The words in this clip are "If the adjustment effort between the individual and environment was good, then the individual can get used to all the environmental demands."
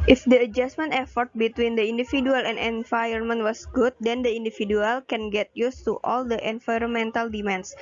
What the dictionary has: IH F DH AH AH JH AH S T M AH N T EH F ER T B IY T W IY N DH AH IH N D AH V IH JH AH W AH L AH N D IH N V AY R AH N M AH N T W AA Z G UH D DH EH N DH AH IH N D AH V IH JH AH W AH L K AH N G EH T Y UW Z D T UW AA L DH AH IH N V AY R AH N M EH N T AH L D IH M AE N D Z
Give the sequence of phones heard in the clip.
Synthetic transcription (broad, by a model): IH F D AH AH JH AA S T M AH N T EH F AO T B IY T W IY N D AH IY N D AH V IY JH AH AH L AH N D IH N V AY AH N M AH N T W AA S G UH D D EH N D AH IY N D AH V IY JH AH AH L K AH N G EH T Y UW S T UW AA L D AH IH N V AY R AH N M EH N T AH L D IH M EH N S